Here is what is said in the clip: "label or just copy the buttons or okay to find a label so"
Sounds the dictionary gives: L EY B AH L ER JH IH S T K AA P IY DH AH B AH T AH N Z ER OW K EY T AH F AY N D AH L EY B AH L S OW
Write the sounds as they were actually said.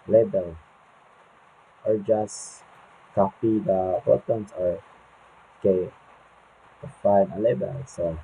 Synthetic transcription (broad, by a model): L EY B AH L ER JH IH S K AA P IY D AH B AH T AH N S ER OW K EY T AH F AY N AH L EY B AH L S OW